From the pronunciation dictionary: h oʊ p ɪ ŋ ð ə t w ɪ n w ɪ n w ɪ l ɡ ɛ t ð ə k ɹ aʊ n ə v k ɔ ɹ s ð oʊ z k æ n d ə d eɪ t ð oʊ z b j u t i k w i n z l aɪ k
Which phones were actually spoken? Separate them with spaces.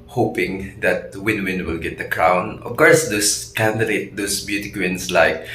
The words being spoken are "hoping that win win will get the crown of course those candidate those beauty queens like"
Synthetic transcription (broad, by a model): h oʊ p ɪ ŋ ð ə t w ɪ n w ɪ n w ɪ l ɡ ɛ t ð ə k ɹ aʊ n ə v k ɔ ɹ s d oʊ s k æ n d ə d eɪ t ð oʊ s b j u t i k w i n s l aɪ k